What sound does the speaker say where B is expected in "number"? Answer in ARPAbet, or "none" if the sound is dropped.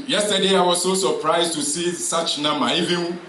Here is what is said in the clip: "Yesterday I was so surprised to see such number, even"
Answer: none